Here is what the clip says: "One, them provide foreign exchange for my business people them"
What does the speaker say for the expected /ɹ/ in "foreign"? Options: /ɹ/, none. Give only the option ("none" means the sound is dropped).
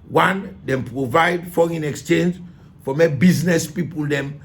none